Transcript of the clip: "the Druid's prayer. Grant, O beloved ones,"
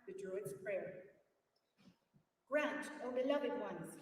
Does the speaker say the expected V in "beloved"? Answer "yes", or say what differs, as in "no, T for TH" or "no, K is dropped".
yes